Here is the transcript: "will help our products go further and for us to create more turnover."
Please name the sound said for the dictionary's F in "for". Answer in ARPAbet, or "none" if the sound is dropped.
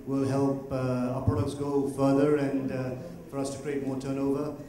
F